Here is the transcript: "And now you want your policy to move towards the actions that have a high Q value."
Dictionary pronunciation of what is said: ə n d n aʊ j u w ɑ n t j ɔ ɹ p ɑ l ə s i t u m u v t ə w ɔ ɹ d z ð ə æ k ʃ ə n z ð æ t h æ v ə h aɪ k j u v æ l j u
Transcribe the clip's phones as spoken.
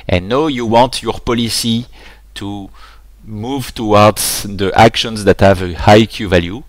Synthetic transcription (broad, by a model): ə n n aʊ j u w ɑ t j ɔ ɹ p ɑ l ə s i t u m u v t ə w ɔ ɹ d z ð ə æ k ʃ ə n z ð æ t h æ v ə h aɪ k j u v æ l j u